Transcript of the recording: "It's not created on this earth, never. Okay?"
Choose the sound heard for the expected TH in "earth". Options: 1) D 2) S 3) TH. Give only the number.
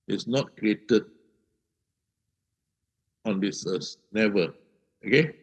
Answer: 2